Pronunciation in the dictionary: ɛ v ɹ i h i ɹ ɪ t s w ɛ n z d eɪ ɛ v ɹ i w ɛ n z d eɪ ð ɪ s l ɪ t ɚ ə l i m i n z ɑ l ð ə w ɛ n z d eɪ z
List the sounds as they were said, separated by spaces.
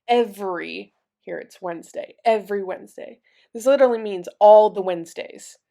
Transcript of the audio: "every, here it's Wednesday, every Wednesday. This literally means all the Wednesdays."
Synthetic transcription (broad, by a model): ɛ v ɹ i h i ɹ ɪ t s w ɛ n z d eɪ ɛ v ɹ i w ɛ n z d eɪ ð ɪ s l ɪ t ɚ l i m i n z ɑ l ð ə w ɛ n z d eɪ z